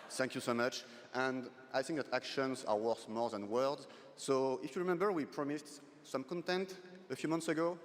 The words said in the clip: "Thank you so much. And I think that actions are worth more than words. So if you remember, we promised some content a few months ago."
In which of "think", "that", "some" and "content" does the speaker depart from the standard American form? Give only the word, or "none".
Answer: none